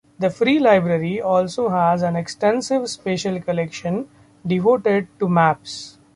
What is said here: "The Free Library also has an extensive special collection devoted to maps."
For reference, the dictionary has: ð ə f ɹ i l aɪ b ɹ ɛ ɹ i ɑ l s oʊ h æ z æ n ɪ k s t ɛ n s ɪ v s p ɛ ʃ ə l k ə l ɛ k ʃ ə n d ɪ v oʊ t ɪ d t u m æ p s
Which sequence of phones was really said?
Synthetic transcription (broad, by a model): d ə f ɹ i l aɪ b ɹ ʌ ɹ i ɑ l s oʊ h æ z æ n ɪ k s t ɛ n s ɪ v s p ɛ ʃ ə l k ə l ɛ k ʃ ə n d ɪ v oʊ t ɪ d t u m æ p s